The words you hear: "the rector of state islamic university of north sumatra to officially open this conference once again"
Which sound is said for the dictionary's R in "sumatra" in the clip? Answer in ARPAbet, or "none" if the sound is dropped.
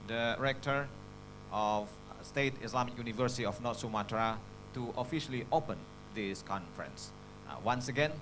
R